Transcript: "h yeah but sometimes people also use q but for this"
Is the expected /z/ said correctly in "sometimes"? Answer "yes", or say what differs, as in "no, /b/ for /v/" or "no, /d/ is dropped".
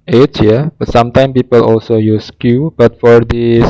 no, /z/ is dropped